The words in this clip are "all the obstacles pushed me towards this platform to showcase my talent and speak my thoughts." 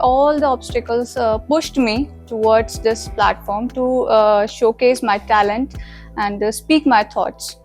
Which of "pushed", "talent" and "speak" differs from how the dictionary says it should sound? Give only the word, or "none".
none